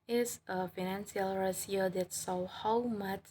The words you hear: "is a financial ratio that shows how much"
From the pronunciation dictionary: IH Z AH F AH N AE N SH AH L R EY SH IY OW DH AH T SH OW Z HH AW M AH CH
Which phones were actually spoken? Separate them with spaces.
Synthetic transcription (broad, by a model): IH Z AH F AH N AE N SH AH L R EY S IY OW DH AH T S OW HH AW M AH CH